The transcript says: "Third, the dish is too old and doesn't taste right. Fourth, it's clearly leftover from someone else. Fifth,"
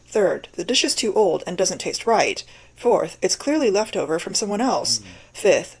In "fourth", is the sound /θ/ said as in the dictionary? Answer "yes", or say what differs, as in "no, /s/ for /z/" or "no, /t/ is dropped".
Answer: yes